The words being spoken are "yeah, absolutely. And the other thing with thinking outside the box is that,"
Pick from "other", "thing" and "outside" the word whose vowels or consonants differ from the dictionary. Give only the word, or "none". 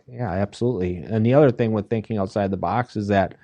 none